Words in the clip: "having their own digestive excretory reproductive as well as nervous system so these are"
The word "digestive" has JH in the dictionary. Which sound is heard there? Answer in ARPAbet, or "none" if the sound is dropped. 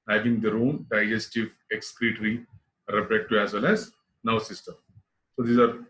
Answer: JH